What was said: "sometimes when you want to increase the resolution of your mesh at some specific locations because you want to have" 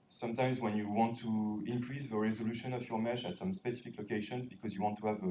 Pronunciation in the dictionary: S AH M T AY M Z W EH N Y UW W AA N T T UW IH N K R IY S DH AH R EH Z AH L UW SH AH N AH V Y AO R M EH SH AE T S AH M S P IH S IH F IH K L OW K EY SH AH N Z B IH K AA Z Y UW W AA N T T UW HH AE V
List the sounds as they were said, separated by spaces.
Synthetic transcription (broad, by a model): S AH M T AY M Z W EH N Y UW W AA N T T UW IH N K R IY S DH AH R EH Z AH L UW SH AH N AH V Y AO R M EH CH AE T S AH M S P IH S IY F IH K L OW K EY SH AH N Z B IH K AA Z Y UW W AA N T T UW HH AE V